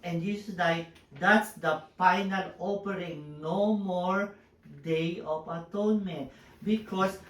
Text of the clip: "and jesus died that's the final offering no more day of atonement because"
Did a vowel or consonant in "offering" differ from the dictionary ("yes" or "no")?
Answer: yes